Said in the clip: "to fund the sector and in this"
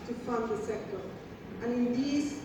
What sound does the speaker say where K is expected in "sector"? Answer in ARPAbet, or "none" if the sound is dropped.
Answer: K